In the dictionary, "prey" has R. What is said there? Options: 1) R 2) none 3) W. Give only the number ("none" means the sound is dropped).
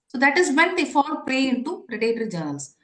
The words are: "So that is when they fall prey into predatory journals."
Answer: 2